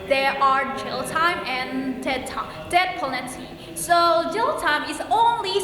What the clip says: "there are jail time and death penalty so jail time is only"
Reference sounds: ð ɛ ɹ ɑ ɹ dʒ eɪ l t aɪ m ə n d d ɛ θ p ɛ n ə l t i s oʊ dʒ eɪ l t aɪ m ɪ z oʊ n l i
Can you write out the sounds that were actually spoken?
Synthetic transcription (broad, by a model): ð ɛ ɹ ɑ ɹ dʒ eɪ l t aɪ m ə n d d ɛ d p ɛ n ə t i s oʊ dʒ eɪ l t aɪ m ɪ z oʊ n l i